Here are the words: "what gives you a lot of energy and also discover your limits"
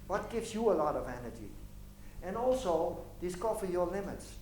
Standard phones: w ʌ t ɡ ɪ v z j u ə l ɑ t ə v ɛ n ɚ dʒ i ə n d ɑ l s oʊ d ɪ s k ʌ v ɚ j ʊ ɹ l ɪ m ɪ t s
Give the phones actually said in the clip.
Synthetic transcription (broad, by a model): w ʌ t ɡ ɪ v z j u ə l ɑ t ə v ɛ n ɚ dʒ i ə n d ɑ l s oʊ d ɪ s k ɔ f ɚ j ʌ l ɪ m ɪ t s